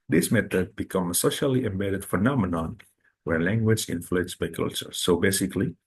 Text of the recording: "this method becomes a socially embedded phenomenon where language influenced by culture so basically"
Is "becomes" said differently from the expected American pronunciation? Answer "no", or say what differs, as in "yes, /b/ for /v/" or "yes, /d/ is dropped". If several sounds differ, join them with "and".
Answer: yes, /z/ is dropped